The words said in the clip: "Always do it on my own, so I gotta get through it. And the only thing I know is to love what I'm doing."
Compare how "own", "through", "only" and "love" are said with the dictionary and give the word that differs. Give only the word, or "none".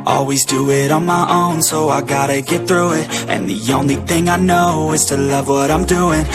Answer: none